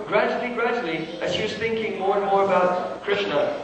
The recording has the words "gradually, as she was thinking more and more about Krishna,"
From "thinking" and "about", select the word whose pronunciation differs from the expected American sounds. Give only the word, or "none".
none